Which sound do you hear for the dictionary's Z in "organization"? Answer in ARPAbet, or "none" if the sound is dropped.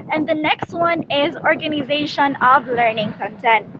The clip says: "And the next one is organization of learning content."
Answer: Z